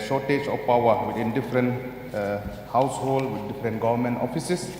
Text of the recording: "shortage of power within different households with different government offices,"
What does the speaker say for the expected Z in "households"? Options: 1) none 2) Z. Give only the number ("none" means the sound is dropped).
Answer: 1